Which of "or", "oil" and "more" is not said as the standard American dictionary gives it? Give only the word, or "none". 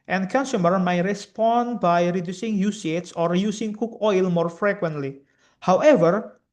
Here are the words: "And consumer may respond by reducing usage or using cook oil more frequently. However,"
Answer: none